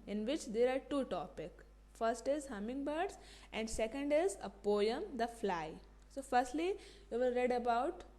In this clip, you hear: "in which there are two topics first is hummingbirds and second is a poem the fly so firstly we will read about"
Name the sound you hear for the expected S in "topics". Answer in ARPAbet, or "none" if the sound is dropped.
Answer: none